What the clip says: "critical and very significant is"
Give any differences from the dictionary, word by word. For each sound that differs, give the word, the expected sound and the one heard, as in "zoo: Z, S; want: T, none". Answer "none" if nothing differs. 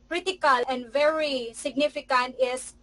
none